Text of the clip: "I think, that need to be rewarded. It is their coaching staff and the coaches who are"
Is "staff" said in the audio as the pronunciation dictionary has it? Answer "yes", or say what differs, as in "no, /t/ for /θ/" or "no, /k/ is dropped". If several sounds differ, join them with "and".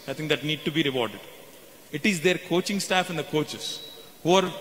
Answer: yes